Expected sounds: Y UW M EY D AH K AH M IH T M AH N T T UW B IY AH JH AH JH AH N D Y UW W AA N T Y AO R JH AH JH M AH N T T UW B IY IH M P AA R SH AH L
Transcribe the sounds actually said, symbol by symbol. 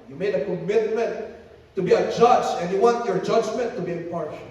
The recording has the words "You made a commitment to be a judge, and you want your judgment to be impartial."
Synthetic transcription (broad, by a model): Y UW M EY D AH K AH M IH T M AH N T T UW B IY AH JH AH JH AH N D Y UW W AA N T Y AO R JH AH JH M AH N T T UW B IY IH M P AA R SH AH